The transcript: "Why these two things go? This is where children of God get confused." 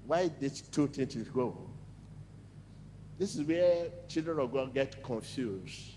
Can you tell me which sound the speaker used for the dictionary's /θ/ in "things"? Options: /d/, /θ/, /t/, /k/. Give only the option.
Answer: /t/